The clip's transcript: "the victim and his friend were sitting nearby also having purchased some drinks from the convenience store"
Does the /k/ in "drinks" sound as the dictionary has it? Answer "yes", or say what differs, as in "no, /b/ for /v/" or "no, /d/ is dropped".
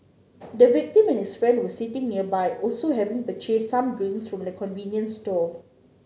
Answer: no, /k/ is dropped